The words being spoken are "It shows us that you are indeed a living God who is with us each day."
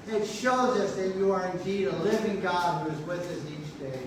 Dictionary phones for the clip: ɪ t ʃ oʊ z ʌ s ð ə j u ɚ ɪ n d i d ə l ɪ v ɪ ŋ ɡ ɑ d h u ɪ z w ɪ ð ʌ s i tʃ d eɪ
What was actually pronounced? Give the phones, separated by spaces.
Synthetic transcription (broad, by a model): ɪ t ʃ oʊ z ʌ s ð ə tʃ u ɚ ɪ n d i d ə l ɪ v ɪ ŋ ɡ ɑ d h u ɪ z w ɪ ð ʌ s i tʃ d eɪ